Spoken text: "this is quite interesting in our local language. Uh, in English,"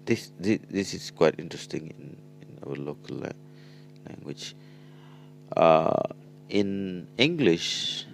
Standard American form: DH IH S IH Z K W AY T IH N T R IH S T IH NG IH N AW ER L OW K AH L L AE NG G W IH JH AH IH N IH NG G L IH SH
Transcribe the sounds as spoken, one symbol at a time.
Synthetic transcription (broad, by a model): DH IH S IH S K W AY T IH N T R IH S T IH NG IH N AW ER L OW K AH L L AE NG G W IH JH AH IH N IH NG G L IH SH